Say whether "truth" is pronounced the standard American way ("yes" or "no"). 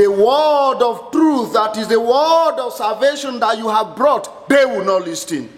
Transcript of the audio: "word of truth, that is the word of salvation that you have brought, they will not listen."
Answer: yes